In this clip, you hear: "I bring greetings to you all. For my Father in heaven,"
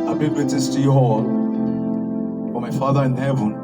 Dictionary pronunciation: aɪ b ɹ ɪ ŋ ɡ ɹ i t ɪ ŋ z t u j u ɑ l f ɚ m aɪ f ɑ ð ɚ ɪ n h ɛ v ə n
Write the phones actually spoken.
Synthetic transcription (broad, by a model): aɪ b ɪ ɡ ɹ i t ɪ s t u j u ɑ l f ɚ m aɪ f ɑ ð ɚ ɪ n h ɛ v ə n